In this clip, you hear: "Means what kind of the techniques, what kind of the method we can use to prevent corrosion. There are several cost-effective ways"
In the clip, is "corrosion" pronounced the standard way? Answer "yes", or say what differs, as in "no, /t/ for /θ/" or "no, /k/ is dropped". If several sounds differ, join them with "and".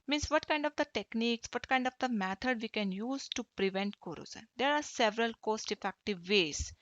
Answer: no, /z/ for /ʒ/